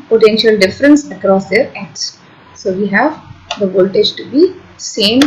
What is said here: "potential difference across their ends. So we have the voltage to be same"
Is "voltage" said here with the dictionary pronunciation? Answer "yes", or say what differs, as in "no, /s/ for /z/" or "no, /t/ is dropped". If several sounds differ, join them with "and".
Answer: yes